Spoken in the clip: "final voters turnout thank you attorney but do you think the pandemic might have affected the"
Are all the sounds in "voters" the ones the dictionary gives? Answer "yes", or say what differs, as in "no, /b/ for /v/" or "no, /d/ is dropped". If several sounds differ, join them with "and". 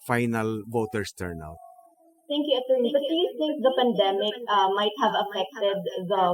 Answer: no, /s/ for /z/